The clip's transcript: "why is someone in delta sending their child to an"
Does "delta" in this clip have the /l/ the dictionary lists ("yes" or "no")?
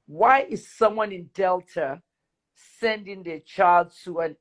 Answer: yes